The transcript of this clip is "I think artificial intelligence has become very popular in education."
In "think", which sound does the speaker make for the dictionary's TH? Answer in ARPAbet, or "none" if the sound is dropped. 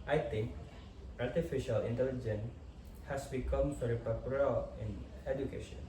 T